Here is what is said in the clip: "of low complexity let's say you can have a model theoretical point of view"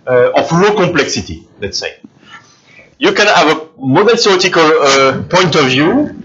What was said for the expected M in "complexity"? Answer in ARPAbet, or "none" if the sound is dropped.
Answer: none